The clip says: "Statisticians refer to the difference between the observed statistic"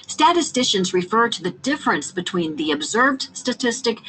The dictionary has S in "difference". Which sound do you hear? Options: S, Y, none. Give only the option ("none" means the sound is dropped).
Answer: S